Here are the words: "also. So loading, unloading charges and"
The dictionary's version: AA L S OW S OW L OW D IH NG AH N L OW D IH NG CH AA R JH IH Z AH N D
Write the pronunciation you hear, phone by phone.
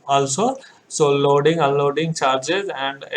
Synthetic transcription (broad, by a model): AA L S OW S OW L OW D IH NG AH L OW D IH NG CH AA R JH IH Z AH N D